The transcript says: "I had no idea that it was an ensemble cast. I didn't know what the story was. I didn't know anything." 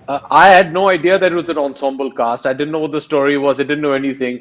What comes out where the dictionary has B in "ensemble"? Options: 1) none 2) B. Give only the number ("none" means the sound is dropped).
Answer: 2